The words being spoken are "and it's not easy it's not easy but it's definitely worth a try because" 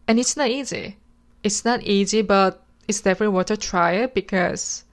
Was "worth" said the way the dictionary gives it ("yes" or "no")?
no